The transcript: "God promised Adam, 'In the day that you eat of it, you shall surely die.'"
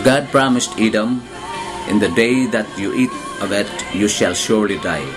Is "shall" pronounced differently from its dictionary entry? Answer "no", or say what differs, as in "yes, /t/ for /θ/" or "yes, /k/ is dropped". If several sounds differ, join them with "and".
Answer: no